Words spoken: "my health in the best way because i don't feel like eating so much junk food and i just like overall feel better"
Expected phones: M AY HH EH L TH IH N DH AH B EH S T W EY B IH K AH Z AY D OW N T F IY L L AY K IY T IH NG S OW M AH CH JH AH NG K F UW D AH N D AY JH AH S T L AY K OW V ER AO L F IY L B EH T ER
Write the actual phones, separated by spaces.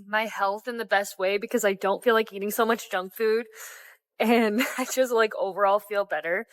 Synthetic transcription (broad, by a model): M AY HH EH L TH IH N DH AH B EH S T W EY B IH K AH Z AY D OW N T F IY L L AY K IY T IH NG S OW M AH CH JH AH NG K F UW D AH N AY JH AH S T L AY K OW V ER AO L F IY L B EH T ER